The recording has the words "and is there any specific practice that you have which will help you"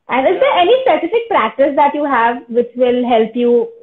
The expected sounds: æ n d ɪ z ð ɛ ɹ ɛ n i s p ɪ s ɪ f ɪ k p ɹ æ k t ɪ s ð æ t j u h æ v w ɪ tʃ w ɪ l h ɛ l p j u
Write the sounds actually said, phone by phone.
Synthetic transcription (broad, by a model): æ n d ɪ z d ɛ ɹ ɛ n i s p ɪ s ɪ f ɪ k p ɹ æ k t ɪ s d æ t j u h æ v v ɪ tʃ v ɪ l h ɛ l p j u